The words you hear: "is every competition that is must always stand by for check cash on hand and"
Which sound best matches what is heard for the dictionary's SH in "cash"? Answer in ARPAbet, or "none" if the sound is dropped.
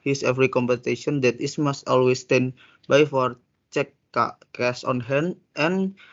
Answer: S